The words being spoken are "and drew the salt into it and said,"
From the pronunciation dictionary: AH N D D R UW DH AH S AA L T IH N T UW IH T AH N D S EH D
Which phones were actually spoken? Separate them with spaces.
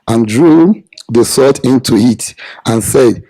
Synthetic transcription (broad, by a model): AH N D D R UW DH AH S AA T IH N T UW IH T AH N S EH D